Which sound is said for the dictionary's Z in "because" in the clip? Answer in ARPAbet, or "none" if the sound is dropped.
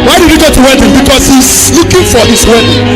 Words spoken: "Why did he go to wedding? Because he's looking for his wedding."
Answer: S